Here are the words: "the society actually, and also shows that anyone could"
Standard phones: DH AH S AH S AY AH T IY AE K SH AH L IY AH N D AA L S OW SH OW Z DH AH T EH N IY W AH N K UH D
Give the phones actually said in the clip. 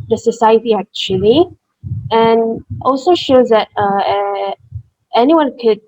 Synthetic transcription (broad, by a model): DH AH S AH S AY AH T IY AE K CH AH L IY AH N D AA L S OW SH OW Z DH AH T EH N IY W AH N K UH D